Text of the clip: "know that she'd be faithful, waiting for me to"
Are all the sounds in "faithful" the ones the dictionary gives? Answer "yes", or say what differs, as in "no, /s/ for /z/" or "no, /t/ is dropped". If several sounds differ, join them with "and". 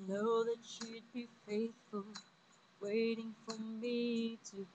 yes